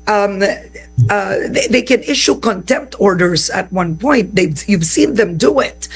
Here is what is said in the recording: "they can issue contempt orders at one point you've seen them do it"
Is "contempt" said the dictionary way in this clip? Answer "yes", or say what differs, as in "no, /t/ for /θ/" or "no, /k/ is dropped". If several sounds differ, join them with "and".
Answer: yes